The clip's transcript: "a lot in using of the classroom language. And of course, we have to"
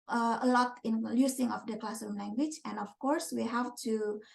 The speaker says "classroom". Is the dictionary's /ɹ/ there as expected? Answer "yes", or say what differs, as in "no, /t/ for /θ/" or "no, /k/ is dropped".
no, /ɹ/ is dropped